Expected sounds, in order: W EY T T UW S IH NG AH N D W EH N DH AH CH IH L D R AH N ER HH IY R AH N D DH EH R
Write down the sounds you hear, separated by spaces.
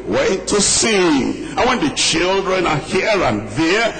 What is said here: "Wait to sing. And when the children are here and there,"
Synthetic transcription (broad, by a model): W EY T T UW S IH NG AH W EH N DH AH CH IH L D R AH N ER HH IY R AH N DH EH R